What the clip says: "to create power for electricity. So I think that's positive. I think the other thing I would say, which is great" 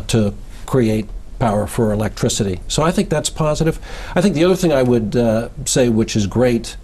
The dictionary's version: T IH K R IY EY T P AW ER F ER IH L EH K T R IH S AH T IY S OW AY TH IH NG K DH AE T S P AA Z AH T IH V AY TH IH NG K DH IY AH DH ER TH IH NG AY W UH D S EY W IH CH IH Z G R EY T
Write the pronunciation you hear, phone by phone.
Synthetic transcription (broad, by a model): T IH K R IY EY T P AW ER F ER IH L EH K T R IH S AH T IY S OW AY TH IH NG K DH AE T S P AA Z AH T IH V AY TH IH NG K DH IY AH DH ER TH IH NG AY W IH D S EY W IH CH IH Z G R EY T